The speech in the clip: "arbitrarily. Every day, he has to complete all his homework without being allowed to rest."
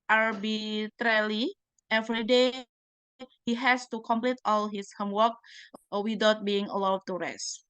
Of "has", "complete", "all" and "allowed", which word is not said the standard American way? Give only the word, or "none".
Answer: has